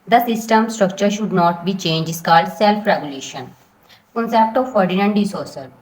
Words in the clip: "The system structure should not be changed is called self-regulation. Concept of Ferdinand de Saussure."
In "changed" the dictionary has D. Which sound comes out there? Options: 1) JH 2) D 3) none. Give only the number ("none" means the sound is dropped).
3